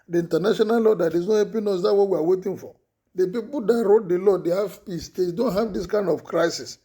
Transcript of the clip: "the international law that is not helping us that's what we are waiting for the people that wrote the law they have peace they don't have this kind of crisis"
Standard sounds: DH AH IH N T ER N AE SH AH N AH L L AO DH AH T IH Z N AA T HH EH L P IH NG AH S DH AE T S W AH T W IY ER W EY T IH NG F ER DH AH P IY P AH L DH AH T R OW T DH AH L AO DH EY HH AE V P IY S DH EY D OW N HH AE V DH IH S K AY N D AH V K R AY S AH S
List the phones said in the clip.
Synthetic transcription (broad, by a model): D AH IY N T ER N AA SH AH N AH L L AO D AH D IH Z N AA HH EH P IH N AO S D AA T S W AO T W IY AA W EY T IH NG F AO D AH P IY P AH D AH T R OW T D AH L AO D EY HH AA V P IY S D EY D OW N HH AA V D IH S K AY N D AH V K R AY S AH S